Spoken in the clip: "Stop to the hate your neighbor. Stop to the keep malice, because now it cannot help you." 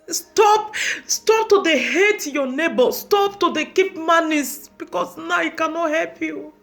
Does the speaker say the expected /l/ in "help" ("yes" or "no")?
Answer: yes